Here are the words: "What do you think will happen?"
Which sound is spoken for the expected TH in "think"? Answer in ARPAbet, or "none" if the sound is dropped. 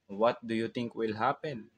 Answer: T